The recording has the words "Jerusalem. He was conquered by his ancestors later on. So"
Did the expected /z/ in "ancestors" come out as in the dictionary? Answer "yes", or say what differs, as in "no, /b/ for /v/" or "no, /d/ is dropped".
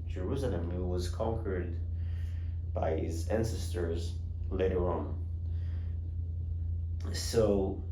yes